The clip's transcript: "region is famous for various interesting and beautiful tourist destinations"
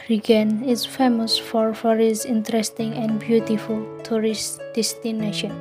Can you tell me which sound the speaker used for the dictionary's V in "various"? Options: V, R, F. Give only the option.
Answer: F